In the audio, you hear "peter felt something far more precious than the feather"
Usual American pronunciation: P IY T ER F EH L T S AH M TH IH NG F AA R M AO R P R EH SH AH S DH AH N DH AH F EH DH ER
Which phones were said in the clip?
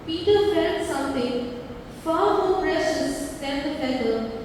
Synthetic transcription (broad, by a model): P IY T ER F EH T S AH M T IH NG F AA R M AO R P R EH SH AH S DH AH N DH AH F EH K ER